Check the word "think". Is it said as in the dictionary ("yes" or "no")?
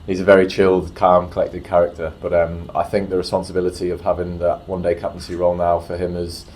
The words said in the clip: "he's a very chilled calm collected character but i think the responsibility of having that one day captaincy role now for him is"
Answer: yes